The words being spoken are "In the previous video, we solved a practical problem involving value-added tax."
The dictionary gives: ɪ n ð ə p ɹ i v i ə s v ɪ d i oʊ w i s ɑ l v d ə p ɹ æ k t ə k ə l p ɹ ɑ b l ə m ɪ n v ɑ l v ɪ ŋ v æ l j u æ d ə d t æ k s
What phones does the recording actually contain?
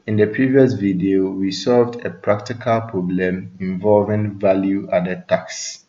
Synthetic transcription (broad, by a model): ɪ n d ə p ɹ i v i ə s v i d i oʊ w i s ɑ l v d ə p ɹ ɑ k t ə k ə l p ɹ ɑ b l ə m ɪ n v ɑ l v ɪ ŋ v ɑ l j u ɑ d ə t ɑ k s